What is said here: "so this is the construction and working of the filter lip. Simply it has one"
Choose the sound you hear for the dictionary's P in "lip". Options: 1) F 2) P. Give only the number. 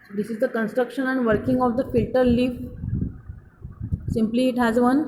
1